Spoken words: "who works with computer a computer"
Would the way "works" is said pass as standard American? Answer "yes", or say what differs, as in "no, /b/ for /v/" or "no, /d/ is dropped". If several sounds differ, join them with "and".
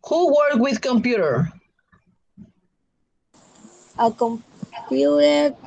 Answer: no, /s/ is dropped